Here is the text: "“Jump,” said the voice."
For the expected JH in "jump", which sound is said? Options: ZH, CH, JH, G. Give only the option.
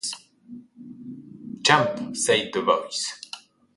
CH